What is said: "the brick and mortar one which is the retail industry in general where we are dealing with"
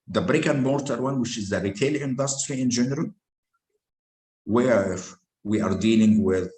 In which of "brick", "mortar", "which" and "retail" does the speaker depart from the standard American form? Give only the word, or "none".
none